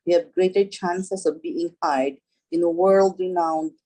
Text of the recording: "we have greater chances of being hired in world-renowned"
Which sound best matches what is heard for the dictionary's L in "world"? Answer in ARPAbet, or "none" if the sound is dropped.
L